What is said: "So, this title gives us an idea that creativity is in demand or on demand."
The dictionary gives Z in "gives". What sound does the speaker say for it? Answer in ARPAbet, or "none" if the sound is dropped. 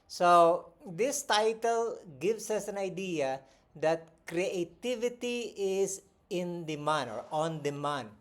S